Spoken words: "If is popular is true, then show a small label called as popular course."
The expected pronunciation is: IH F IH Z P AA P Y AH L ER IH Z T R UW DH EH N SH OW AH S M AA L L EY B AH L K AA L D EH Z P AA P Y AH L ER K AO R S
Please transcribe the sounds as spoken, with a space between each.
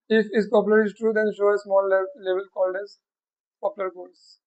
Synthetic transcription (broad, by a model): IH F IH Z P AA P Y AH L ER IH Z T R UW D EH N SH OW AH S M AA L L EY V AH L K AA L D EH Z P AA P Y L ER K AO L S